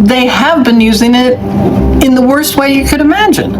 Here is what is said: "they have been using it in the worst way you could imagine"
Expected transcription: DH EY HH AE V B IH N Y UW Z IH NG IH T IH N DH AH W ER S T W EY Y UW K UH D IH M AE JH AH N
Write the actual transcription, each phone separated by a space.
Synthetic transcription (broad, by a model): DH EY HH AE V B IH N Y UW Z IH NG IH T IH N DH AH W ER S T W EY Y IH K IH D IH M AE JH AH N